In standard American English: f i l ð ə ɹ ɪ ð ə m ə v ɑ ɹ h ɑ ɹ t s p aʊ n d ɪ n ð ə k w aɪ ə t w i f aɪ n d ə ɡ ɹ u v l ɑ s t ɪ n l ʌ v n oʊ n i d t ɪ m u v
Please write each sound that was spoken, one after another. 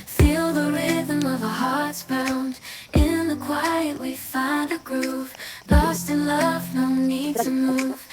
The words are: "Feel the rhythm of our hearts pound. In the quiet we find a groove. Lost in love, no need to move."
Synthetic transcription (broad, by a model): f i l ð ə ɹ ɪ ð ə m ə v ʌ h ɑ ɹ t s b aʊ n d ɪ n ð ə k w aɪ ə t w i f aɪ n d ə ɡ ɹ u v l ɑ s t ɪ n l ʌ v n oʊ n i d t ɪ m u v